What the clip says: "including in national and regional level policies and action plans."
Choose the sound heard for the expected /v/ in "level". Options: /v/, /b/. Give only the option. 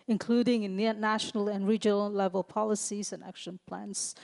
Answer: /v/